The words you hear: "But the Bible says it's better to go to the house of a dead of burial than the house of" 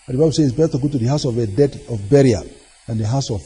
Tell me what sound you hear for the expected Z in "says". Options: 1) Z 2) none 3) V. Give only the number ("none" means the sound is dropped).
2